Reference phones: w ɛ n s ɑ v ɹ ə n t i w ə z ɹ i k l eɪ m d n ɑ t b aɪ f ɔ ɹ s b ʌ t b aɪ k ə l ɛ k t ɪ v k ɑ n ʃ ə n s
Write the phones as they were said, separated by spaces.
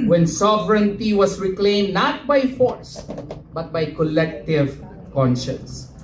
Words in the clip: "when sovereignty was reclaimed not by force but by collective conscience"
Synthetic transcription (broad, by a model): w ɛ n s ɑ v ɹ ə n t i w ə s ɹ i k l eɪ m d n ɑ t b aɪ f ɔ ɹ s b ʌ t b aɪ k ə l ɛ k t ɪ v k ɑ n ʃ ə n s